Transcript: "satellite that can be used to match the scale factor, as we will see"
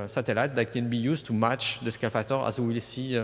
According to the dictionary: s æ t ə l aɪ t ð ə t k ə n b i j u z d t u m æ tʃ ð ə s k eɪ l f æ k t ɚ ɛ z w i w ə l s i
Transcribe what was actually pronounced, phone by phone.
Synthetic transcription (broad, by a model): s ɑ t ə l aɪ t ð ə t k ə n b i j u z t u m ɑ tʃ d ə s k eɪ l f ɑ t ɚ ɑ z w i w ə l s i